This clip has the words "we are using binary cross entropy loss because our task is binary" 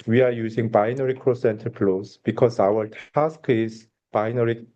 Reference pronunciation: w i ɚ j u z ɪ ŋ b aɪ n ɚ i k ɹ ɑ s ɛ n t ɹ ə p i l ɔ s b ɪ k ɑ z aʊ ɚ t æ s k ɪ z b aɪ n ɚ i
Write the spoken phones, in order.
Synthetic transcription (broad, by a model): w i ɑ j u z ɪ ŋ b aɪ n ɚ i k ɹ ɑ s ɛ n t ə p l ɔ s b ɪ k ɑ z aʊ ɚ t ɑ s k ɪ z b aɪ n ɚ i